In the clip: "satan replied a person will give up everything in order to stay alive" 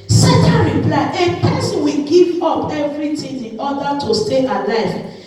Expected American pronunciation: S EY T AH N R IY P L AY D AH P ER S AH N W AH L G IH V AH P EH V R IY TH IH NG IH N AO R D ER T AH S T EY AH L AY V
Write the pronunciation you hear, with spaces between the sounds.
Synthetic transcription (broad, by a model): S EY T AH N R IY P L AY AH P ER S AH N W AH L G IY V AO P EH V R IY T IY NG IH N AO D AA T AH S T EY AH L AY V